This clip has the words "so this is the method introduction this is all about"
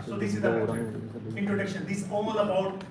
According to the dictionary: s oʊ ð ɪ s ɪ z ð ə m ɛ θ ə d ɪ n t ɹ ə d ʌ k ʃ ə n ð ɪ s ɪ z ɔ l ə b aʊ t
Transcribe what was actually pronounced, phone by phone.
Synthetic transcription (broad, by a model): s oʊ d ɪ s ɪ z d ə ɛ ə ɪ n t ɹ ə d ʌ k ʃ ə n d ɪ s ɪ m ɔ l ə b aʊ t